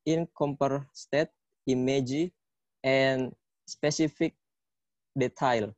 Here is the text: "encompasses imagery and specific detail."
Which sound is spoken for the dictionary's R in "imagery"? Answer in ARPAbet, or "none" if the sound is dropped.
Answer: none